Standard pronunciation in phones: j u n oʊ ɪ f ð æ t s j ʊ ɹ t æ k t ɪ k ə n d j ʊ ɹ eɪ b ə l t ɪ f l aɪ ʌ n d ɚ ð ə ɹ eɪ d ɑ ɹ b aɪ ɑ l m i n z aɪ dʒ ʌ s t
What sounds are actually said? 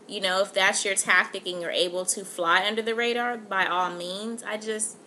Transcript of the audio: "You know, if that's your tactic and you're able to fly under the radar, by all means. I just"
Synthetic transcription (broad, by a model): j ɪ n oʊ ɪ f ð æ t s j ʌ ɹ t æ k t ɪ k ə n j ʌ ɹ eɪ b l t ɪ f l aɪ ʌ n d ɚ ð ə ɹ eɪ d ɑ ɹ b aɪ ɑ l m i n z aɪ dʒ ʌ s t